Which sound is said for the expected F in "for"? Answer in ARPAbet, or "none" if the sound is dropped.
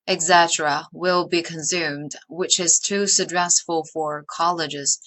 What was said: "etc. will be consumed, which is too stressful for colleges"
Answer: F